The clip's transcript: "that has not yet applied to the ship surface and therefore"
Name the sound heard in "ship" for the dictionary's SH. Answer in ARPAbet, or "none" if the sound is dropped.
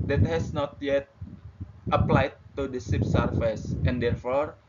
S